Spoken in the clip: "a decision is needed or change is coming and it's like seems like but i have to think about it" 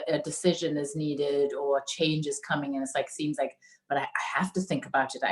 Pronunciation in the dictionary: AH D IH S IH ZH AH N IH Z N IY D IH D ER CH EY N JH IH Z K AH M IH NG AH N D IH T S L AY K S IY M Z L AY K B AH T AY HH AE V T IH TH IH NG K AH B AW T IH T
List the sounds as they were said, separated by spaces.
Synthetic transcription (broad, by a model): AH D IH S IH ZH AH N IH Z N IY D IH D ER CH EY N JH IH Z K AH M IH NG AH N IH T S L AY K S IY M Z L AY K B AH T AY HH AE F T IH TH IH NG K AH B AW T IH T